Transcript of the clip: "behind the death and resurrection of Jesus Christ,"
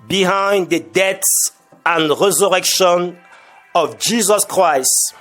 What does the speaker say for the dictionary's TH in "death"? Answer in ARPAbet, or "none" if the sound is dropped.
S